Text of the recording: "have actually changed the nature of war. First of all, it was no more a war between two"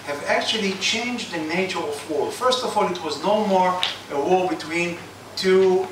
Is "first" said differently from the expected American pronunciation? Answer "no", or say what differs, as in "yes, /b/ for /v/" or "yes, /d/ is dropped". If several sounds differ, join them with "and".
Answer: no